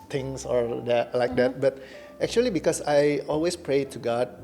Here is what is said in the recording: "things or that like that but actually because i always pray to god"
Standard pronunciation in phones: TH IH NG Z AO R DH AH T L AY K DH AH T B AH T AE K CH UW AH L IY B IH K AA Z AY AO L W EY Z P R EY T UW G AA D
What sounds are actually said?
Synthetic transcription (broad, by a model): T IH NG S AO R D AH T L AY K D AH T B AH T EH K CH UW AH L IY B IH K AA S AY AO L W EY S P R EY T UW G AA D